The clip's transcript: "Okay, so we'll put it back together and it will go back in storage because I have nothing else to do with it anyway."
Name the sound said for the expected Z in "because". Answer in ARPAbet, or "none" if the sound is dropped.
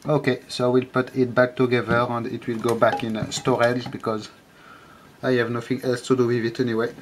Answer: Z